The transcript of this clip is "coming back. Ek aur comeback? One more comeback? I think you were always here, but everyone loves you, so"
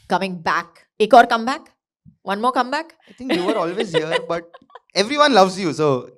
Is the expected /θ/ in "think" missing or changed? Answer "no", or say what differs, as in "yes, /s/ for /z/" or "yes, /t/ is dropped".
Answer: yes, /t/ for /θ/